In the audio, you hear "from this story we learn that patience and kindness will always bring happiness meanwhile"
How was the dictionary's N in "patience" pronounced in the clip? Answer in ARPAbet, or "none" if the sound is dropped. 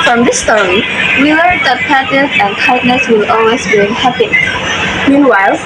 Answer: none